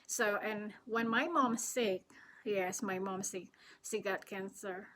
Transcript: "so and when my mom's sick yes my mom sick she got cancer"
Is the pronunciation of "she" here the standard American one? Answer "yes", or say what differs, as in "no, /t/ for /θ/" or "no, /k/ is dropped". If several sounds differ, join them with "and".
no, /s/ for /ʃ/